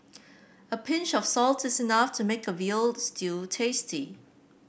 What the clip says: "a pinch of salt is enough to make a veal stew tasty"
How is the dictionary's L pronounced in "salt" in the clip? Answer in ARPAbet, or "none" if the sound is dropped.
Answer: L